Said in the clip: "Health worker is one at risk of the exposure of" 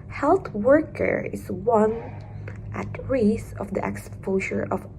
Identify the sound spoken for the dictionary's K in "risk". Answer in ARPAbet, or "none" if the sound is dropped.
none